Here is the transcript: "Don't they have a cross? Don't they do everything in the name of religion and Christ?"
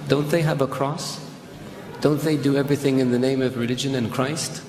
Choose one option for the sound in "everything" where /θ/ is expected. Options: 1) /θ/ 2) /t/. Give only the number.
1